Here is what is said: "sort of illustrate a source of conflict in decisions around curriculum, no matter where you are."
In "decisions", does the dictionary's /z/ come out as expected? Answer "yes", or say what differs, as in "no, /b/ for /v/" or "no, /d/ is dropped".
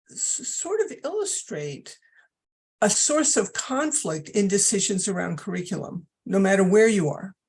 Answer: yes